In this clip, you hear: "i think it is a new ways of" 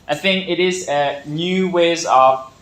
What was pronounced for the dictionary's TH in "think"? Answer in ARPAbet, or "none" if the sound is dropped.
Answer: TH